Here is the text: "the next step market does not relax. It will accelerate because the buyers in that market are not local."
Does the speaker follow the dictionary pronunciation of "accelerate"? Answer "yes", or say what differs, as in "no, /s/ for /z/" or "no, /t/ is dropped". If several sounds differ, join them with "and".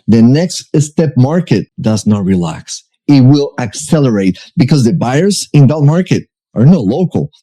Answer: yes